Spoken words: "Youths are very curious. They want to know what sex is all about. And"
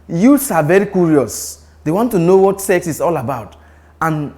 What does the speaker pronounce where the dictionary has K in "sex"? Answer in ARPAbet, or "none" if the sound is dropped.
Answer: K